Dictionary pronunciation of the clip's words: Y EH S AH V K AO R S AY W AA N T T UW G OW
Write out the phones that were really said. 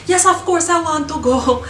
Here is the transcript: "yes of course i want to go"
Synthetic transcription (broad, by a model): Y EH S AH F K AO R S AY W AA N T T UW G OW